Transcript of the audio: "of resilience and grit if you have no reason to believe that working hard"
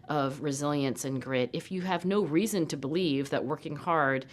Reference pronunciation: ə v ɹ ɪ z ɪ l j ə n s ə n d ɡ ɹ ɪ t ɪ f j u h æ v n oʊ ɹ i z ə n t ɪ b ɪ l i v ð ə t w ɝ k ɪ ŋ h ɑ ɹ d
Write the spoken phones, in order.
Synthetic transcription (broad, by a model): ə v ɹ ɪ z ɪ l j ə n s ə n ɡ ɹ ɪ t ɪ f j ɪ v n oʊ ɹ i z ə n t ɪ b ɪ l i v ð ə t w ɝ k ɪ ŋ h ɑ ɹ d